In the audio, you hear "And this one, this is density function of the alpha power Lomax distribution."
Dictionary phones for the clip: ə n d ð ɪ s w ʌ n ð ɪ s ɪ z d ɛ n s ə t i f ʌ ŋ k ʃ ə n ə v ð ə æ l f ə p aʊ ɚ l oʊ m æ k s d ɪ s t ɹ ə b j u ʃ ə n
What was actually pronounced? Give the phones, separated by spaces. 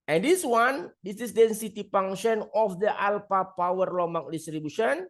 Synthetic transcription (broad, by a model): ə n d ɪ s w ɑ n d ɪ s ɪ s d ɛ n s ə t i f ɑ ŋ ʃ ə n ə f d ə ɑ l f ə p aʊ ɚ l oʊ m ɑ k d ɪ s t ɹ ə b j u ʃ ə n